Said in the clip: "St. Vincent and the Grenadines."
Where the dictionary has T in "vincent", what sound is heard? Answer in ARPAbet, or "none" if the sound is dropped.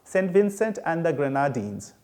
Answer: T